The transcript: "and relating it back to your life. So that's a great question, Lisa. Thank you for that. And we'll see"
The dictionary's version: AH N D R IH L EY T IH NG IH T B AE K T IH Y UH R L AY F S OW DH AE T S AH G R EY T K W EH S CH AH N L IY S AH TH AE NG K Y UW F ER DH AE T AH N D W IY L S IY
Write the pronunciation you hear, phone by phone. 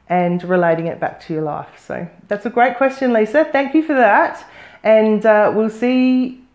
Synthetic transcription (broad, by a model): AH N R IH L EY T IH NG IH T B AE K T IH Y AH R L AY F S OW DH AE T S AH G R EY T K W EH S CH AH N L IY S AH TH AE NG K Y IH F ER DH AE T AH N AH W IY L S IY